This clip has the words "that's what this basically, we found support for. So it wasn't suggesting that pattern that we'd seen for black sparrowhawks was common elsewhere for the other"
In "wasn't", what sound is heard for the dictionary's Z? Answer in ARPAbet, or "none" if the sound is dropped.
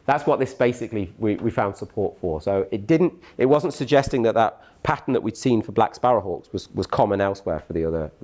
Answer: Z